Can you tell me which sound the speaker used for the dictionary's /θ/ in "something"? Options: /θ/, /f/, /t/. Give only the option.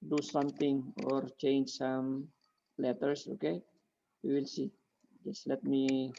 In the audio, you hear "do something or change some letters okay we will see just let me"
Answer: /t/